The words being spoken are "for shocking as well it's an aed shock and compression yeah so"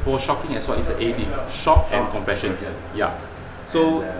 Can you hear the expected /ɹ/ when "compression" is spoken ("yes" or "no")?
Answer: no